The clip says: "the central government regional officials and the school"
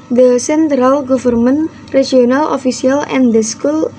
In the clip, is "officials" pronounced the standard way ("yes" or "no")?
no